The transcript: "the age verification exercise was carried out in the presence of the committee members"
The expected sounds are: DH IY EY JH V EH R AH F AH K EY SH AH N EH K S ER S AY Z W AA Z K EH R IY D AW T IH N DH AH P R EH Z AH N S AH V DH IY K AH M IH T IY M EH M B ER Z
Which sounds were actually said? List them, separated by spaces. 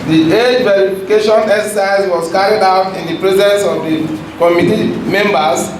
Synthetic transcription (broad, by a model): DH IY EY JH V EH R AH F AH K EY SH AH N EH K S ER S AY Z W AA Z K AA R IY D AW T IH N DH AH P R EH Z AH N S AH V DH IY K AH M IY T IY M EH M B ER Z